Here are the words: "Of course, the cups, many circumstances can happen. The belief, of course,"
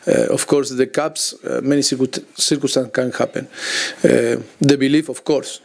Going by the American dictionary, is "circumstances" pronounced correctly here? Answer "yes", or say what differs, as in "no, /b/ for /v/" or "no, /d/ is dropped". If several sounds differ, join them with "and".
no, /m/ is dropped